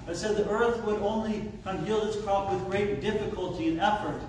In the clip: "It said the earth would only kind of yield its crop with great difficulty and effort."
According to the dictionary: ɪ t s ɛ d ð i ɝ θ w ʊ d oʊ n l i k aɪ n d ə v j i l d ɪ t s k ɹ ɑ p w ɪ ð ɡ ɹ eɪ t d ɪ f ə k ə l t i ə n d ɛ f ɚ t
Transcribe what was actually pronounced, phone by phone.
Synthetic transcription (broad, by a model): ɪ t s ɛ d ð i ɝ θ w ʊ d oʊ n l i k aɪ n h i l ɪ t s k ɹ ɑ p w ɪ ð ɡ ɹ eɪ t d ɪ f ə k ə l t i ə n ɛ f ɚ t